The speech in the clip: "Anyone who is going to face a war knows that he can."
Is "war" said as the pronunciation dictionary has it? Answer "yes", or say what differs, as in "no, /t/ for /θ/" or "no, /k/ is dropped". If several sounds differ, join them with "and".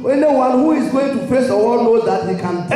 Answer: no, /l/ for /ɹ/